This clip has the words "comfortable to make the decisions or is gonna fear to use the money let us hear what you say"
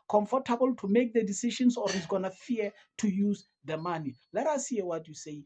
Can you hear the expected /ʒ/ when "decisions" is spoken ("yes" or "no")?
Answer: no